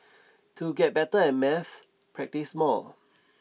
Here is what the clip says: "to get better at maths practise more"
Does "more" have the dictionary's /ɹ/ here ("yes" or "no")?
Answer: no